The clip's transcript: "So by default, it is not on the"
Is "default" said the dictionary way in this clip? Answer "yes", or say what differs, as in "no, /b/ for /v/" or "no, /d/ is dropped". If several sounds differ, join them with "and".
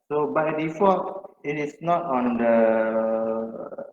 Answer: no, /l/ is dropped